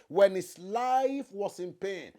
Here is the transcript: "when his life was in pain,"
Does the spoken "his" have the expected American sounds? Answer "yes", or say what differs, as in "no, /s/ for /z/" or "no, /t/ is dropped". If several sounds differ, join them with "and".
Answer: no, /s/ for /z/